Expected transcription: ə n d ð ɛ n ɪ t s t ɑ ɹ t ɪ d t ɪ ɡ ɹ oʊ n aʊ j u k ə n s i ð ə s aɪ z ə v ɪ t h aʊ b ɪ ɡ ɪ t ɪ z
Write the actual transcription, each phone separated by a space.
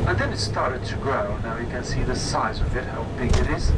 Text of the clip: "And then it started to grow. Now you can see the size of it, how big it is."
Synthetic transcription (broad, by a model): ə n ð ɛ n ɪ t s t ɑ ɹ t ɪ d t ɪ ɡ ɹ oʊ n aʊ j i k ə n s i ð ə s aɪ z ə v ɪ t h aʊ b ɪ ɡ ɪ t ɪ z